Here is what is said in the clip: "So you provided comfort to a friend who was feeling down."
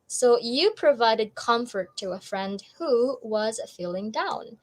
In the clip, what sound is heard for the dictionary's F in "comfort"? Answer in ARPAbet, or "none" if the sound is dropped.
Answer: F